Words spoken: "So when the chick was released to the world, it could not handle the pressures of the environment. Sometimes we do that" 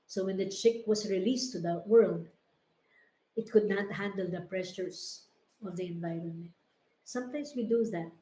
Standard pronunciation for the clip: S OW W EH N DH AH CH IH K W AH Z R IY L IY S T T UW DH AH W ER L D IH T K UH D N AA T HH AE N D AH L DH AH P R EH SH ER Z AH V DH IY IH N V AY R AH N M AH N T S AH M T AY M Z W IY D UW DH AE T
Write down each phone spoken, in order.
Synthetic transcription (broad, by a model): S OW W EH N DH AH CH IH K W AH S R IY L IY S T T UW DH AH W ER L D IH T K UH D N AA T HH AE N D AH L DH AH P R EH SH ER S AH V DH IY IH N V AY R AH N M AH N T S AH M T AY M S W IY D UW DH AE T